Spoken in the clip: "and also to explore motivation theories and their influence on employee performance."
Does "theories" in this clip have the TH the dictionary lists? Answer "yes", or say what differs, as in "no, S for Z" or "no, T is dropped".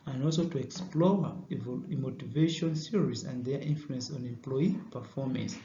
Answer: no, S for TH